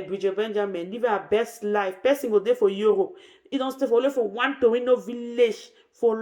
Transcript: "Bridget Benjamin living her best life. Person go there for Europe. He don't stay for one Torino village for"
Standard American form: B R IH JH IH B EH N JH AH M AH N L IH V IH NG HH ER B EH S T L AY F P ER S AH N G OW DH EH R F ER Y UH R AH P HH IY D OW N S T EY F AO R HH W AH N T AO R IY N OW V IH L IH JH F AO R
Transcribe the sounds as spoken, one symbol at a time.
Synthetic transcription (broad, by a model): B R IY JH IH B EH N JH AH M AH N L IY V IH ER B EH S T L AY F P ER S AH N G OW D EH F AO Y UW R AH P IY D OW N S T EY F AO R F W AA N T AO W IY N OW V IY L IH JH F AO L